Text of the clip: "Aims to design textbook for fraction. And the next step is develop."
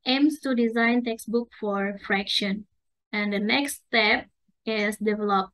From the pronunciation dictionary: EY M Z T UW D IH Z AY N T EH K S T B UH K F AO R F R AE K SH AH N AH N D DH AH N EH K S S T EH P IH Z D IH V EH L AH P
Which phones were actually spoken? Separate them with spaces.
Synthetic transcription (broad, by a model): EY M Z T UW D IH Z AY N T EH K S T B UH K F AO R F R AE K SH AH N AH N D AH N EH K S S T EH P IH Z D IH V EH L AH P